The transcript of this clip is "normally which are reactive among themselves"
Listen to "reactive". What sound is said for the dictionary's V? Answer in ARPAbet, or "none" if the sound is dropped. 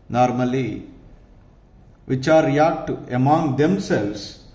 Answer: none